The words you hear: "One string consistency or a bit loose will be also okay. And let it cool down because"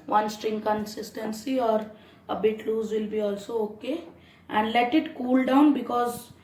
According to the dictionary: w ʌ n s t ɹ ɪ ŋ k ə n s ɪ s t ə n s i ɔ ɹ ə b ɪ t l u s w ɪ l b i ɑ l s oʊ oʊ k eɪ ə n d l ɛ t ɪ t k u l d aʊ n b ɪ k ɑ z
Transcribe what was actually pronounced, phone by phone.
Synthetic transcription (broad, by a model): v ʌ n s t ɹ ɪ ŋ k ə n s ɪ s t ə n s i ɔ ɹ ə b ɪ t l u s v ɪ l b i ɑ l s oʊ oʊ k eɪ ə n d l ɛ t ɪ t k u l d aʊ n b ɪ k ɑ z